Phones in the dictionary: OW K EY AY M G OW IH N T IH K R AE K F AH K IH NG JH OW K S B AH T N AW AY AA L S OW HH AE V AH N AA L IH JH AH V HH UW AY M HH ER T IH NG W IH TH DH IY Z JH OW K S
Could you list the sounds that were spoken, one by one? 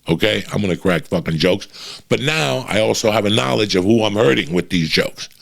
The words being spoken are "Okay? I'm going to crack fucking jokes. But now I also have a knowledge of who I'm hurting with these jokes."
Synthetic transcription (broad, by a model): OW K EY AY M G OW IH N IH K R AE K F AH K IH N JH OW K S B AH T N AW AY AA L S OW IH V AH N AA L IH JH AH V HH UW AY M HH ER T IH NG W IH DH IY Z JH OW K S